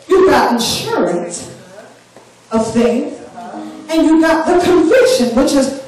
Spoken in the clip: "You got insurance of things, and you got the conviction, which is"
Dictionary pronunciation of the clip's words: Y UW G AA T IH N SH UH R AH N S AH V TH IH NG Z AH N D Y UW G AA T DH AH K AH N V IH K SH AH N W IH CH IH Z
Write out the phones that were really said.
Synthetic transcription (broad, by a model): Y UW G AA T IH N SH UH R AH N S AH V TH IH NG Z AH N Y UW G AA T DH AH K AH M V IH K SH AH N W IH CH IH Z